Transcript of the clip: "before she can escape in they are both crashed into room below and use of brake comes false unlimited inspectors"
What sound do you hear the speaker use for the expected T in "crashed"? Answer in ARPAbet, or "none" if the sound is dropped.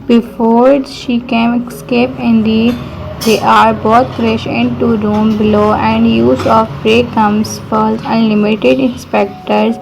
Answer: none